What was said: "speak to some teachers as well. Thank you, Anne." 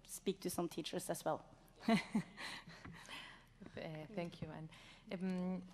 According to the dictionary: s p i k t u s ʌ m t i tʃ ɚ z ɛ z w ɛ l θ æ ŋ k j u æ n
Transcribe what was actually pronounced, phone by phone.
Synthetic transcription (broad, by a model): s p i k t u s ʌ m t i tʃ ɚ s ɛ s w ɛ l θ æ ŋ k j u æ n